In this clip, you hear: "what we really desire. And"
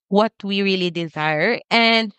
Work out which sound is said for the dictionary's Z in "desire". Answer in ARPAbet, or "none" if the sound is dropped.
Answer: Z